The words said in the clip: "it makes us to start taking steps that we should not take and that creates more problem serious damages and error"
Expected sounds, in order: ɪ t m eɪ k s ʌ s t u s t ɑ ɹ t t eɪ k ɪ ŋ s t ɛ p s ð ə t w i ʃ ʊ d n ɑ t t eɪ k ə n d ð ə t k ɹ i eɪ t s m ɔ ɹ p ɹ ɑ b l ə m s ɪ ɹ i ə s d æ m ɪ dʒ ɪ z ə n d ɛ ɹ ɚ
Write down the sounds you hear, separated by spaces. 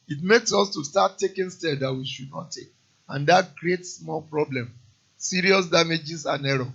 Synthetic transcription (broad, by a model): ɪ t m eɪ k s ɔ s t u s t ɑ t t eɪ k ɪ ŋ s t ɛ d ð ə t w i ʃ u d n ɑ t t eɪ k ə n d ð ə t k ɹ i eɪ t s m ɔ l p ɹ ɑ b l ə m s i ɹ i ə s d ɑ m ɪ dʒ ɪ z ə n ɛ ɹ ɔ